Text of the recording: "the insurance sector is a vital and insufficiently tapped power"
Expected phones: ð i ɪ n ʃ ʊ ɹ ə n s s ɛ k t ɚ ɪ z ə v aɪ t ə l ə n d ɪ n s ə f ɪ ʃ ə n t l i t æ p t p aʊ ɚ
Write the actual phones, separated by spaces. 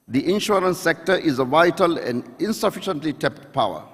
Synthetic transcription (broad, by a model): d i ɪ n ʃ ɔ ɹ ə n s s ɛ k t ɚ ɪ z ə v aɪ t ə l ə n d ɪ n s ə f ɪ ʃ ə n t l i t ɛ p t p aʊ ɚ